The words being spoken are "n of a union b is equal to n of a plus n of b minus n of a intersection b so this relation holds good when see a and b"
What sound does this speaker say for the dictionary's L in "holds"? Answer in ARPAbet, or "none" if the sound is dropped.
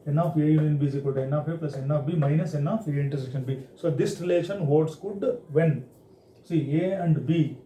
none